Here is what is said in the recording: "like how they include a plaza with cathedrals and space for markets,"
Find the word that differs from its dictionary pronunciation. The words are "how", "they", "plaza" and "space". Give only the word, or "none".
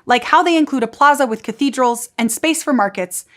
none